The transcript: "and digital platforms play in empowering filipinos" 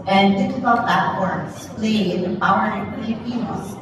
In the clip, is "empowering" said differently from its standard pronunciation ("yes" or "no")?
yes